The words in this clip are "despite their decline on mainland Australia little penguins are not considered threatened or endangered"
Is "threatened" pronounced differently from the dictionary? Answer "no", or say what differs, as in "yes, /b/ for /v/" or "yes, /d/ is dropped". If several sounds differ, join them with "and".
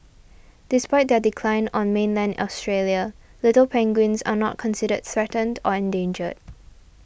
no